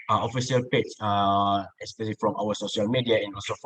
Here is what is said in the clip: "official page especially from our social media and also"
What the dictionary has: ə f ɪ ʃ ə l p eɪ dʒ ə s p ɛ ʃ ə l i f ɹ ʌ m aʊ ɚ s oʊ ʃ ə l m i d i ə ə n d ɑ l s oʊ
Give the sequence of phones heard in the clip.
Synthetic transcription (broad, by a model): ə f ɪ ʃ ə l p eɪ tʃ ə s p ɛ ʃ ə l i f ɹ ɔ m aʊ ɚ s oʊ ʃ ə l m i d i ə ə n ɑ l s oʊ